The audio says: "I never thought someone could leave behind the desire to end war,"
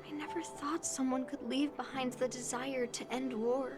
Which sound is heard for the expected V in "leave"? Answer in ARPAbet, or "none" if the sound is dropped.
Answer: V